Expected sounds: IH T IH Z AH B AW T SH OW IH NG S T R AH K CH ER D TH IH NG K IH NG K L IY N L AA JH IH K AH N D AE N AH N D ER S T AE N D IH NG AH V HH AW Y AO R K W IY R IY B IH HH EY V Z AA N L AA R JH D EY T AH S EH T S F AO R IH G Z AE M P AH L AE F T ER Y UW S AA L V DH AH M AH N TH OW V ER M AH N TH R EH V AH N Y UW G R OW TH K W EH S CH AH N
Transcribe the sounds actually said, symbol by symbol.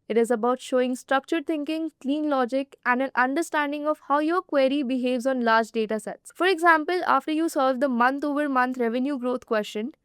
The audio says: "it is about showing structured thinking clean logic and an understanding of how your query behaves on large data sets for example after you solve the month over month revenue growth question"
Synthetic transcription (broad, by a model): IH T IH Z AH B AW T SH OW IH NG S T R AH K CH ER D T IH NG K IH NG K L IY N L AA JH IH K AH N D AE N AH N D ER S T AE N D IH NG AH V HH AW Y AO R K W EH R IY B IH HH EY V Z AA N L AA R JH D EY T AH S EH T S F AO R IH G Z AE M P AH L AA F T ER Y UW S AA L V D AH M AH N T OW V ER M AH N T R EH V AH N Y UW G R OW T K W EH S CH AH N